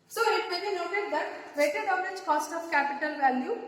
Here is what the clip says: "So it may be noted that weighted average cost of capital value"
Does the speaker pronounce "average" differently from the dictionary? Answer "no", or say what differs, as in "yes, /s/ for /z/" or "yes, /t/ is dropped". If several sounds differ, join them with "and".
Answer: yes, /v/ is dropped